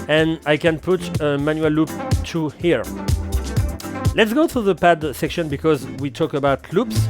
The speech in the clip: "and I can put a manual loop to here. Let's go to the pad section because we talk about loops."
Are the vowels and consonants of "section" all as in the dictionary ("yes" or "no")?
yes